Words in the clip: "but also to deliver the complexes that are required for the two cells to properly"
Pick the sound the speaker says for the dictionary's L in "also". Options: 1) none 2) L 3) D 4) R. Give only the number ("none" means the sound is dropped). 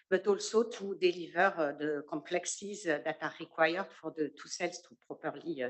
2